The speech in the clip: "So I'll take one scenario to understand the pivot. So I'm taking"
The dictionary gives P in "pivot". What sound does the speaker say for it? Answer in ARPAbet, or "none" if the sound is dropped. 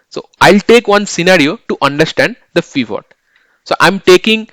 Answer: F